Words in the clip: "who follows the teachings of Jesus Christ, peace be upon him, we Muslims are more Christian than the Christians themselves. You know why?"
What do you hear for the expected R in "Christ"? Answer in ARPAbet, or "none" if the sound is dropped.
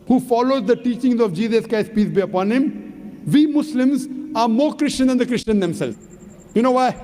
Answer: none